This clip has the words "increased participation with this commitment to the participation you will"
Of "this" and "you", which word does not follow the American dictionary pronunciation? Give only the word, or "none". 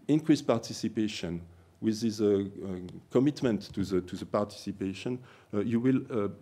this